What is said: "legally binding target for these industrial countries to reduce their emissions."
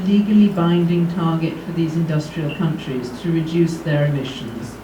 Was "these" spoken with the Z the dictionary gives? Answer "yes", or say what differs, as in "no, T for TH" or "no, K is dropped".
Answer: yes